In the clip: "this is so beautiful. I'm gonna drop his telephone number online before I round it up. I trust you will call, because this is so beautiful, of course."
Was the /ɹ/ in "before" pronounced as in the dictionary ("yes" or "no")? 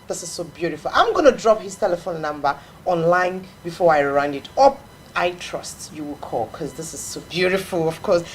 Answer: yes